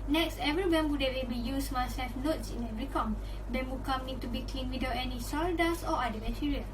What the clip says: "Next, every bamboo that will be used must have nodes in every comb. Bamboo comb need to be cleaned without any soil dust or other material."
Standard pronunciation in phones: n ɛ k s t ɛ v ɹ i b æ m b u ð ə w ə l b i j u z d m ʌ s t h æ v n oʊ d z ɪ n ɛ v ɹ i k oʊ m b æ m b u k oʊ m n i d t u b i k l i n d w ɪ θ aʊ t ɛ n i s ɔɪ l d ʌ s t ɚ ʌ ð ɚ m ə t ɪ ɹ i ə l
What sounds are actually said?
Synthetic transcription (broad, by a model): n ɛ k s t ɛ v ɹ i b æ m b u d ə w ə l b i j u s m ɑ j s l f n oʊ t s ɪ n ɛ v ɹ i k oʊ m b æ m b u k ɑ m n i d t u b i k l i n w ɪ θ aʊ t ɛ n i s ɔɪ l d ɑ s ɔ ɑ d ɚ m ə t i ɹ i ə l